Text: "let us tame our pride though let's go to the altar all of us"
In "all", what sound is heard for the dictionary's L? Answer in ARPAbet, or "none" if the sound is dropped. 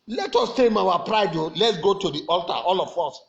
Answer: L